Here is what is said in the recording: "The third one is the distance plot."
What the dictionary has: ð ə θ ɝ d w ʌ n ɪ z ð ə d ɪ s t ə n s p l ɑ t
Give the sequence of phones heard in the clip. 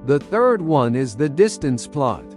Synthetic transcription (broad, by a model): ð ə θ ɝ d w ʌ n ɪ z ð ə d ɪ s t ə n s p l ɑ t